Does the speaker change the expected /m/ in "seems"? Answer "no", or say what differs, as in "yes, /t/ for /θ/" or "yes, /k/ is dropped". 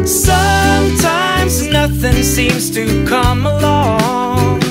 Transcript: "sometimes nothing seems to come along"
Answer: no